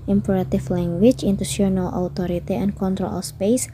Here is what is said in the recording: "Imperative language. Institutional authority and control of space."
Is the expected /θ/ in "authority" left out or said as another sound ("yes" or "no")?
yes